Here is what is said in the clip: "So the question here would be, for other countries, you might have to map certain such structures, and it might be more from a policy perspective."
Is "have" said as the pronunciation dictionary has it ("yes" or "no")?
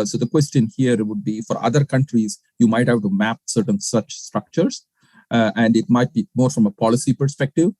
no